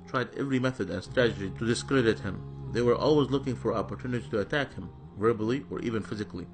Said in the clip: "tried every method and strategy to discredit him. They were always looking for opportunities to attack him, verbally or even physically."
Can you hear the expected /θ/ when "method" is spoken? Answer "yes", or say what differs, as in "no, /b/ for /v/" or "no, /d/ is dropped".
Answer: yes